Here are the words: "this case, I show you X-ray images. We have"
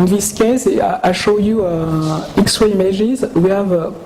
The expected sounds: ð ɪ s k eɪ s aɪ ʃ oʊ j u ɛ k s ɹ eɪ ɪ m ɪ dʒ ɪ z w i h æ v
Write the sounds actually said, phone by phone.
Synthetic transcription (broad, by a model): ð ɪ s k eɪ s aɪ ʃ oʊ j u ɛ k s w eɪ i m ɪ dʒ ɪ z w i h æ v